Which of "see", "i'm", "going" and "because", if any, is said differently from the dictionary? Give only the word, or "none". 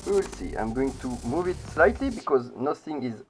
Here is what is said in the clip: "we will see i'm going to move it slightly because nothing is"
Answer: none